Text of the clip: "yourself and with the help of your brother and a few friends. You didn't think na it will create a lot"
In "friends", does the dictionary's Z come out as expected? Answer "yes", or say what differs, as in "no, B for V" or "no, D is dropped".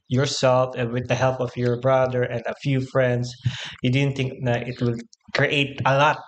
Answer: no, S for Z